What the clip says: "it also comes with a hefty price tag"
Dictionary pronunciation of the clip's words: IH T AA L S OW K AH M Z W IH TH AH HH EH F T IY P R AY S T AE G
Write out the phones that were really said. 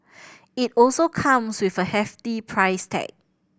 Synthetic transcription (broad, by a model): IH T AA L S OW K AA M S W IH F AH HH EH F T IY P R AY S T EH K